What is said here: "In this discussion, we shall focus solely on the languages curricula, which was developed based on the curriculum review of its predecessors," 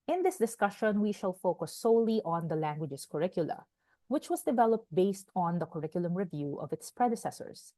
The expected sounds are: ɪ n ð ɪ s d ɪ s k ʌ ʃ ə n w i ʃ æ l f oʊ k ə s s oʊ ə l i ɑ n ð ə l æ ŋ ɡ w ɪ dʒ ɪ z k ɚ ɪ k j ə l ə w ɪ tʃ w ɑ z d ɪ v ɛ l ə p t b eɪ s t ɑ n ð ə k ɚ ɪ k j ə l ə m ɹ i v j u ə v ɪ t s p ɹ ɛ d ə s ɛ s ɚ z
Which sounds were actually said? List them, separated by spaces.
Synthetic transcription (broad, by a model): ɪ n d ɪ s d ɪ s k ʌ ʃ ə n w i ʃ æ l f oʊ k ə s s oʊ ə l i ɑ n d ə l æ ŋ ɡ w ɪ dʒ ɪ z k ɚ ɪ k j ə l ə w ɪ tʃ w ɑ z d ɪ v ɛ l ə p t b eɪ s t ɑ n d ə k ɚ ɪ k j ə l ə m ɹ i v j u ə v ɪ t s p ɹ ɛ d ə s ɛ s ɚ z